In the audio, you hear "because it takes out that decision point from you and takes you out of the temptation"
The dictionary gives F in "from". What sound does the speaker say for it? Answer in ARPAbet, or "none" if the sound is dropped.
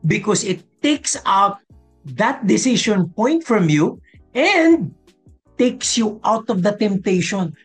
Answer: F